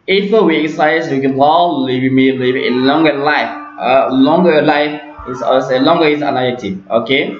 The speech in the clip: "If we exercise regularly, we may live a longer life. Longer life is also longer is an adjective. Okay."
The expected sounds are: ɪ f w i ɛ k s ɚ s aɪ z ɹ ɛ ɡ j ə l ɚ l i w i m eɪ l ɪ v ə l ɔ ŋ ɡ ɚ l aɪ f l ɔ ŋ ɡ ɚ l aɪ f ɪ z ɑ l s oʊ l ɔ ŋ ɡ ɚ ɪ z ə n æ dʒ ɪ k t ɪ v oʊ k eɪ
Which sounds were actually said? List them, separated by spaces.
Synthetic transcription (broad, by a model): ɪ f w i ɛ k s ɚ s aɪ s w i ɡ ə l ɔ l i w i m eɪ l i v ə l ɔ ŋ ɡ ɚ l aɪ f l ɔ ŋ ɡ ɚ l aɪ f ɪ s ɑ s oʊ l ɔ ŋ ɡ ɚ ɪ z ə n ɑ ɪ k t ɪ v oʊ k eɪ